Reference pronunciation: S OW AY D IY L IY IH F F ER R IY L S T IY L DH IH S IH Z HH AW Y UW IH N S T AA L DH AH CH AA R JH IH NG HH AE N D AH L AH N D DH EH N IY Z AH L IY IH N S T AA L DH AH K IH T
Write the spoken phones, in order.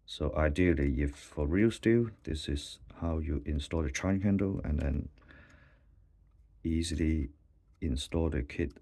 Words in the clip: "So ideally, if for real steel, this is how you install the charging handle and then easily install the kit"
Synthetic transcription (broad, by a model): S OW AY D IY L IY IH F F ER R IY L S T IY L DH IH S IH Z HH AW Y UW IH N S T AA L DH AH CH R IH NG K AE N D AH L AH N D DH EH N IY Z AH L IY IH N S T AA L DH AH K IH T